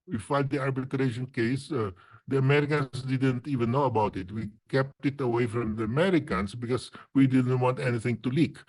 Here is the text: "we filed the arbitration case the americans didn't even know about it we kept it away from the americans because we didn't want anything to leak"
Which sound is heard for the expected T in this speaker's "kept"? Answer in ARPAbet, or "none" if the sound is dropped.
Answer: T